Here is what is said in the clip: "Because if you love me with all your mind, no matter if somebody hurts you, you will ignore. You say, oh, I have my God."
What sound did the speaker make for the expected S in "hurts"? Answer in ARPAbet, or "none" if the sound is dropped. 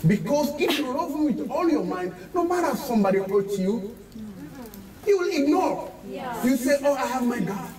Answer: none